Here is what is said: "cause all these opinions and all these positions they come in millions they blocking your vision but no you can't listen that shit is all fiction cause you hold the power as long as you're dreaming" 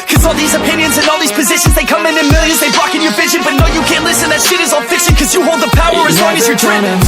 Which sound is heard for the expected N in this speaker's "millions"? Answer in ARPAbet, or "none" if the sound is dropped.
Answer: N